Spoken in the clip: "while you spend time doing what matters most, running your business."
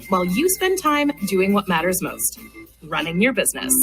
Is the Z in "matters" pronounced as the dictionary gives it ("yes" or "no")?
yes